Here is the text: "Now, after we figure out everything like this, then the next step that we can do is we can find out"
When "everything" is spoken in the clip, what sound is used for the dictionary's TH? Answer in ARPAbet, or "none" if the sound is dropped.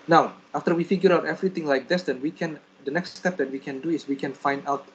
T